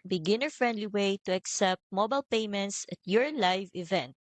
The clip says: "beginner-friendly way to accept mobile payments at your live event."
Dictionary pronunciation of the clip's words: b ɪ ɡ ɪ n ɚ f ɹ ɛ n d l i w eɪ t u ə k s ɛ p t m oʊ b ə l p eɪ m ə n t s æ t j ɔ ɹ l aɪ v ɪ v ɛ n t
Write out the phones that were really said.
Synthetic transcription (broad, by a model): b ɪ ɡ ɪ n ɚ f ɹ ɛ n d l i w eɪ t u ə k s ɛ p t m oʊ b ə l p eɪ m ə n t s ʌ t j ɔ ɹ l aɪ v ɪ v ɛ n t